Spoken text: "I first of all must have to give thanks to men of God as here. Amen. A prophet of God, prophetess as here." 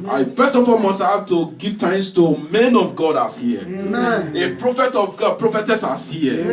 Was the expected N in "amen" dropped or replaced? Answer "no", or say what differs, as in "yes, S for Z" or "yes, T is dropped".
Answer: yes, N is dropped